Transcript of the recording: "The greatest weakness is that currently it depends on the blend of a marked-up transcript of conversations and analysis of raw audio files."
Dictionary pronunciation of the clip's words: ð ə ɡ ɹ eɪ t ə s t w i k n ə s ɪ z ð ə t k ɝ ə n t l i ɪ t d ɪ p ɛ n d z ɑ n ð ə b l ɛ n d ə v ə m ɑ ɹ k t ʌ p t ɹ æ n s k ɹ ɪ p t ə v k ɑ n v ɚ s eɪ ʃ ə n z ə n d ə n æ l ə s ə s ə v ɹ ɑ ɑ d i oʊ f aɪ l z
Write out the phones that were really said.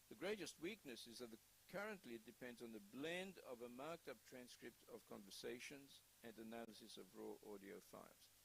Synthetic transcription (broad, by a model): ð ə ɡ ɹ eɪ t ə s t w i k n ə s ɪ z ð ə t k ɝ ə n t l i ɪ t d ɪ p ɛ n d z n ð ə b l ɛ n d ə v ə m ɑ ɹ k t ʌ p t ɹ æ n s k ɹ ɪ p t ə v k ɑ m v ɚ s eɪ ʃ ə n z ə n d ə n æ l ə s ə s ə v ɹ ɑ ɑ d i oʊ f aɪ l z